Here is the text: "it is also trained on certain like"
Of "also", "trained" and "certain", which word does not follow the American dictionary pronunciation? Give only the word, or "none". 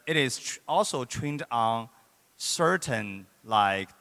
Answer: trained